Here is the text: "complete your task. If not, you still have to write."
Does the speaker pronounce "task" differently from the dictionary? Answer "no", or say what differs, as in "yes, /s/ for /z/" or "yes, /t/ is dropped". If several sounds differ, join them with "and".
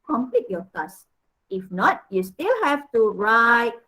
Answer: yes, /k/ is dropped